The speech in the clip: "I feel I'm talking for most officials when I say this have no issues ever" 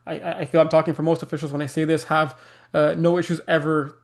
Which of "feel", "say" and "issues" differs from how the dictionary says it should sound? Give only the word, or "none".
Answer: none